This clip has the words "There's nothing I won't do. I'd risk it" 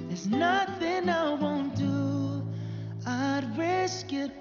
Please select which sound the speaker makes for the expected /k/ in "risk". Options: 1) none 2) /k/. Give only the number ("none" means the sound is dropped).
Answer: 2